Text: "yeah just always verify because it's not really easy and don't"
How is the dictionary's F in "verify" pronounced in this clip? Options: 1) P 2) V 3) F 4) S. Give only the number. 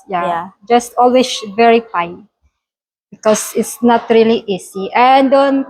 1